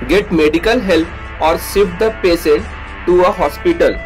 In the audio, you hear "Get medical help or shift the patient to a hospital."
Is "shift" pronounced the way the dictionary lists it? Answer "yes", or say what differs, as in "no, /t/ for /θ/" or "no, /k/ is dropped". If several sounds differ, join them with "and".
no, /s/ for /ʃ/